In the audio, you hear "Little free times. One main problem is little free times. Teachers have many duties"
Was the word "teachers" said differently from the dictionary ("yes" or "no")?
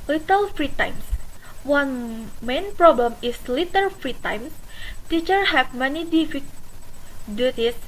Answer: yes